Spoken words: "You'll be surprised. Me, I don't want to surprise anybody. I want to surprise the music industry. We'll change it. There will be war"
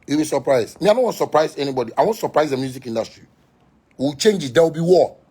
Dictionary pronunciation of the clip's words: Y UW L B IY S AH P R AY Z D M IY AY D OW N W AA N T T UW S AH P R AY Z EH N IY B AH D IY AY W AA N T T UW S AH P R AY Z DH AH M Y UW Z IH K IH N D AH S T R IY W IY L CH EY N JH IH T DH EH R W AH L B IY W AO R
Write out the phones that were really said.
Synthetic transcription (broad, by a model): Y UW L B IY S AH P R AY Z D M IY AY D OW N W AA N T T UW S AH P R AY Z EH N IY B AH D IY AY W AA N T T UW S AH P R AY Z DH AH M Y UW Z IH K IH N D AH S T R IY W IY W CH EY N JH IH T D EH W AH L B IY W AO